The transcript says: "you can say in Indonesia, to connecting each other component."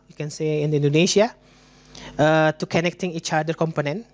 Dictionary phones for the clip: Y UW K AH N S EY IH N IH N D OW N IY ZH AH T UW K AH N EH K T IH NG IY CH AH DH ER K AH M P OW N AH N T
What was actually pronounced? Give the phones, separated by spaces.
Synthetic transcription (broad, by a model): Y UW K AH N S EY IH N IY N D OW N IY SH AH T UW K AH N EH K T IH NG IY CH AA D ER K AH M P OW N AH N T